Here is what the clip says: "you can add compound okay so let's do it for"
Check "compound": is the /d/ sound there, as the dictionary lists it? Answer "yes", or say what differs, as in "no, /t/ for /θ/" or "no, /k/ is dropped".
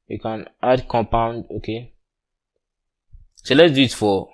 yes